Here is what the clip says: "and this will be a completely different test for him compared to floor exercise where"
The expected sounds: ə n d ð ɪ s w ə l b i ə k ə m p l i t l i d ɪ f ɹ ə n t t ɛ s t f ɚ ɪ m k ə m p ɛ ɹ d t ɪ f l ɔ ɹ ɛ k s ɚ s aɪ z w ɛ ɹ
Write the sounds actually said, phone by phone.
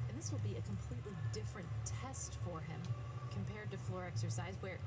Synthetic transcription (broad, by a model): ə n ð ɪ s w ə l b i ə k ə m p l i t l i d ɪ f ɹ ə n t t ɛ s t f ɚ ɪ m k ə m p ɛ ɹ d t ɪ f l ɔ ɹ ɛ k s ɚ s aɪ z w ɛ ɹ